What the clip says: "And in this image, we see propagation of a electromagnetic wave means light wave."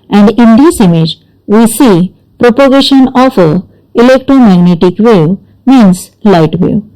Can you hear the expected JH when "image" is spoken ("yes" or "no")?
yes